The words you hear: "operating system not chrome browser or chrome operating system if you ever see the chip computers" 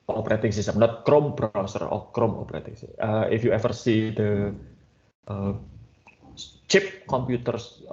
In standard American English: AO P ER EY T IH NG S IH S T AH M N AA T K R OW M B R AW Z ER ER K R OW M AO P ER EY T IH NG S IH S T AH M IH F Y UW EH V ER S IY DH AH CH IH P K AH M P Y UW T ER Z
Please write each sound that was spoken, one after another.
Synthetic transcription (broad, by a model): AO P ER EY T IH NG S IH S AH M N AA T K R OW M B R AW S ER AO K R OW M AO P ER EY T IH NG S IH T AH IH F Y UW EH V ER S IY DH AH CH IH P K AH M P Y UW T ER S